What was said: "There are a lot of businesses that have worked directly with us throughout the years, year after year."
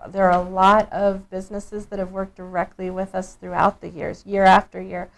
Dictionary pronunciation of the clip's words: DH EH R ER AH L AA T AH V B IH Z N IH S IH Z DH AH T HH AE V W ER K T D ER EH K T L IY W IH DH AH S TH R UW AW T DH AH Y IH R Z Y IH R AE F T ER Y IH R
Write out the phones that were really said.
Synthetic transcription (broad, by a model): DH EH R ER AH L AA T AH V B IH Z N IH S IH Z DH AH T HH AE V W ER K D ER EH K T L IY W IH DH AH S TH R UW AW T DH AH Y IH R Z Y IH R AE F T ER Y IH R